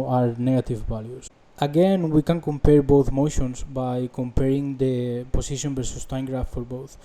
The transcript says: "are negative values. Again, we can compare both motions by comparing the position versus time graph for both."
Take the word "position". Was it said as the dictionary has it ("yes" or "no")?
no